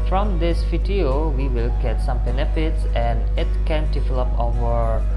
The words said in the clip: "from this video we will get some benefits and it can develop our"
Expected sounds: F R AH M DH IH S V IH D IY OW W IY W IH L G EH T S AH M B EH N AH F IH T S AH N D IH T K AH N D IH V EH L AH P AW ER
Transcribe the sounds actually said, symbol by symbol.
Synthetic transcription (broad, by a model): F R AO M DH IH S F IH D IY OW W IY W IH L G EH T S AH M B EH N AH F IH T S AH N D IH T K AH N D IH V EH L AH P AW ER